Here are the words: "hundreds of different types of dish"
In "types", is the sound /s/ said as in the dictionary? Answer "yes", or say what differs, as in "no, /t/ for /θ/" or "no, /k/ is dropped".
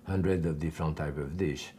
no, /s/ is dropped